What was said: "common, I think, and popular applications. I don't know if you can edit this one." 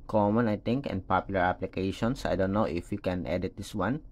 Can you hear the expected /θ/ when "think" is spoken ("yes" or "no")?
no